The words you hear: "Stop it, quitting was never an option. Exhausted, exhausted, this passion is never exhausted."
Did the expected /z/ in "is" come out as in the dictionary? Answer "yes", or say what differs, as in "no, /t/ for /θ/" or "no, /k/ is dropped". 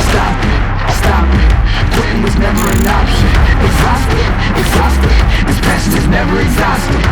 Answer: yes